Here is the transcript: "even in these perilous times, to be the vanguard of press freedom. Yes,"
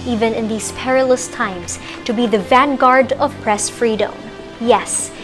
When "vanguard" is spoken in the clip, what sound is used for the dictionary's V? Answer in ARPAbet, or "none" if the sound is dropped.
V